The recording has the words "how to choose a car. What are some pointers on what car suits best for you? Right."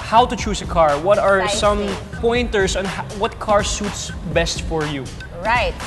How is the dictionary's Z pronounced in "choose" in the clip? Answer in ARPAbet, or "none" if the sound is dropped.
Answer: S